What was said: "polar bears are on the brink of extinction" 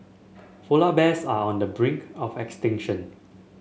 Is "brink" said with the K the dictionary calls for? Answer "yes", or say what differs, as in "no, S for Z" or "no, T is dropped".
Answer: yes